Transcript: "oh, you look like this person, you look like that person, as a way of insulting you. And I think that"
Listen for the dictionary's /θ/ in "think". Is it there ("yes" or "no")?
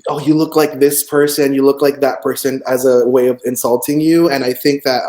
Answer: yes